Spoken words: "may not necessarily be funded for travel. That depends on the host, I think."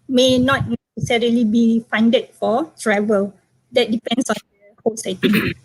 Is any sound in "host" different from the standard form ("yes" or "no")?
yes